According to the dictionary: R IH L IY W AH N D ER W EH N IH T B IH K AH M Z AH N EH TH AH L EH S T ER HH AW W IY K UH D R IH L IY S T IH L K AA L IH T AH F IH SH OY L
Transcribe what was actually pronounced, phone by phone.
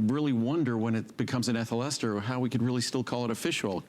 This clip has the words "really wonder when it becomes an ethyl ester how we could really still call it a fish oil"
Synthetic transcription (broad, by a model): R IH L IY W AH N D ER W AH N IH T B IH K AH M Z AH N EH TH AH L EH S T ER HH AW W IY K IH D R IH L IY S T IH L K AA L IH T AH F IH SH L